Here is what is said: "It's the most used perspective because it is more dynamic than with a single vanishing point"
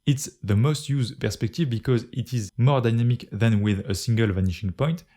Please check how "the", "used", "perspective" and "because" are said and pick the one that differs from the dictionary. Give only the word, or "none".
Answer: none